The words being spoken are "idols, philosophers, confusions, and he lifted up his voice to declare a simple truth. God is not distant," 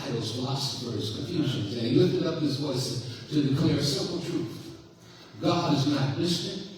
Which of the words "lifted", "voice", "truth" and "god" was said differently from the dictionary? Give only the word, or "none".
none